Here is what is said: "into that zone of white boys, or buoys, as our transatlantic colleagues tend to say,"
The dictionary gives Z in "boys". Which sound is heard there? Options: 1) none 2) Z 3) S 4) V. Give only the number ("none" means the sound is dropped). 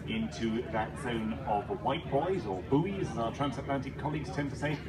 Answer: 2